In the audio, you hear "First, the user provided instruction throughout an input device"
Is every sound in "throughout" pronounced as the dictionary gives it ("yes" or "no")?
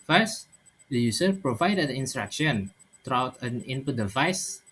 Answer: no